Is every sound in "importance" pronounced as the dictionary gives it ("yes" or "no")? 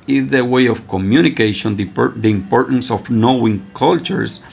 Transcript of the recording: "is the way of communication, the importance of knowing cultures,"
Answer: yes